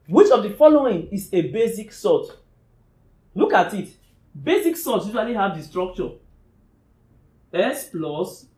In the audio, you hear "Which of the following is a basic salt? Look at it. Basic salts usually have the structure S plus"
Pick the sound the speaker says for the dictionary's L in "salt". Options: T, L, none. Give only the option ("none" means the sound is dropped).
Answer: none